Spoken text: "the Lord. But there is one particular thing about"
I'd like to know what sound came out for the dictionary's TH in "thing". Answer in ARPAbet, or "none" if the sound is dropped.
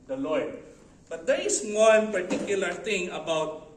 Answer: T